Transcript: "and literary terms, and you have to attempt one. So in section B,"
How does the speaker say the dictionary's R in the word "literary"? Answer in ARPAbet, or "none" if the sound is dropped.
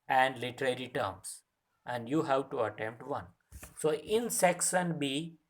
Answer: R